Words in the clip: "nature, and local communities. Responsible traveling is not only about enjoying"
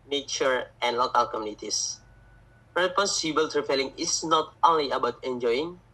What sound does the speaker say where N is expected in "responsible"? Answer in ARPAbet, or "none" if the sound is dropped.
none